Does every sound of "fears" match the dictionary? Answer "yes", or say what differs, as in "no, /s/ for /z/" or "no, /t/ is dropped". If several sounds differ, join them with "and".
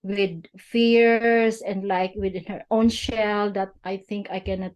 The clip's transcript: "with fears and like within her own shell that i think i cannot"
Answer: no, /s/ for /z/